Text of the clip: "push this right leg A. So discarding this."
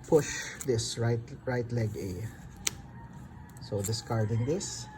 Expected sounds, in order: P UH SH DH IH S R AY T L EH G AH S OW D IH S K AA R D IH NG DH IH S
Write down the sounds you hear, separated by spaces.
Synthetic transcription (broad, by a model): P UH SH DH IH S R AY T L EH G AH S OW D IH S K AA R D IH NG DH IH S